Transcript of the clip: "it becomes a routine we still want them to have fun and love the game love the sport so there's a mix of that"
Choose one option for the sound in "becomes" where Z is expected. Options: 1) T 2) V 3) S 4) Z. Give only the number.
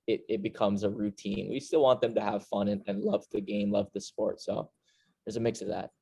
4